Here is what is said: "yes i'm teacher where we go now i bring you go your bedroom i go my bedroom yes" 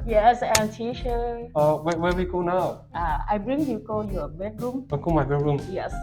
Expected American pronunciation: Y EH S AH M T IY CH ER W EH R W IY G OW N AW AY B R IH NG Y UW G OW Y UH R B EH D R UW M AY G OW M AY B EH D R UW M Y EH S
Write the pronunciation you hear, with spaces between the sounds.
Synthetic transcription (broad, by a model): Y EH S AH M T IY SH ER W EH W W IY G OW N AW AY B R IH NG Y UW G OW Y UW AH B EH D R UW M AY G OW M AY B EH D R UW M Y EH S